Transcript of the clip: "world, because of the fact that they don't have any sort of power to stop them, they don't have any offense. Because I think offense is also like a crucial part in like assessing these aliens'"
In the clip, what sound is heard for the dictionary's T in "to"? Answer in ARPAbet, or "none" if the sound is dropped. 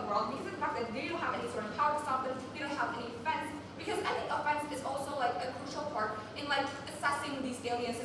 S